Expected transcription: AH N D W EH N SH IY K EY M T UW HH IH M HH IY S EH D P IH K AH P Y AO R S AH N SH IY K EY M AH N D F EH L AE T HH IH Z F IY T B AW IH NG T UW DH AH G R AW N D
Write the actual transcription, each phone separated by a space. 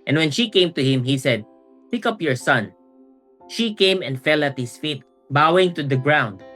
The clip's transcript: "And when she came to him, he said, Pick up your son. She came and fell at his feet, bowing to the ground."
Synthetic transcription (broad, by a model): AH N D W EH N SH IY K EY M T UW HH IH M HH IY S EH D P IH K AH P Y AO R S AH N SH IY K EY M AH N D F EH L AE T HH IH S F IY T B AW IH NG T UW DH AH G R AW N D